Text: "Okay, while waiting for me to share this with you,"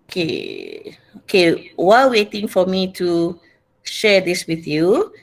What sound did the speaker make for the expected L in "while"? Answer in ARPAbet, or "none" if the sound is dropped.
W